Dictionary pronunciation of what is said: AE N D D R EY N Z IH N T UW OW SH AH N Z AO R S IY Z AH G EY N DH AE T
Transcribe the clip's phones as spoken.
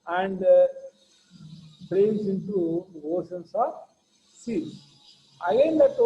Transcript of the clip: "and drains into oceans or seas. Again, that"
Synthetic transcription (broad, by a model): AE N D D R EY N S IH N T UW OW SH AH N S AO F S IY S AH G EY N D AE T